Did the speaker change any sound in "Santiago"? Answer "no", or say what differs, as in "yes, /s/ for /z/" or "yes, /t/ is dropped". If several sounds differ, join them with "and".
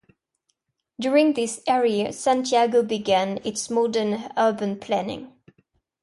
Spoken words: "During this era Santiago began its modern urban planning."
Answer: no